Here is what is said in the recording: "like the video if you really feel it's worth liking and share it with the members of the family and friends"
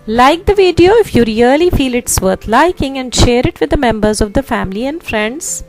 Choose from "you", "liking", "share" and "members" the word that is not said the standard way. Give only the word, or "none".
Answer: none